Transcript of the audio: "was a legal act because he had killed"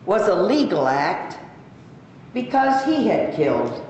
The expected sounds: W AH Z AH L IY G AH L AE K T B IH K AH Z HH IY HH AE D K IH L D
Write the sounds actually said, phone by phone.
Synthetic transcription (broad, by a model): W AH Z AH L IY G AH L AE K T B IH K AH Z HH IY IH D K IH L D